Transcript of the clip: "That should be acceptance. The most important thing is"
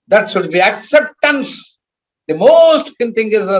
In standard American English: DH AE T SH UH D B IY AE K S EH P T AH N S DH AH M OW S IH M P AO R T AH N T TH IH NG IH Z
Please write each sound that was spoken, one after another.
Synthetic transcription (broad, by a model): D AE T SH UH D B IY AE K S EH P T AH N S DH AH M OW S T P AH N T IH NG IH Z